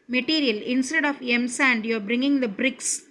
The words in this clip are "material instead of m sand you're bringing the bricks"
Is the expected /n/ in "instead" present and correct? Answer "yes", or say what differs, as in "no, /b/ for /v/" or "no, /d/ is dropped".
yes